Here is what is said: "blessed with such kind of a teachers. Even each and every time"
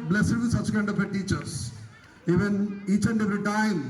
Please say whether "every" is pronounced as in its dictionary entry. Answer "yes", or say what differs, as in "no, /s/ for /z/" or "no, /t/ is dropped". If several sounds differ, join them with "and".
no, /v/ is dropped